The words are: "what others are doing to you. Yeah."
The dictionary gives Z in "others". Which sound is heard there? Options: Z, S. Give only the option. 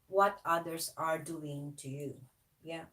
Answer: S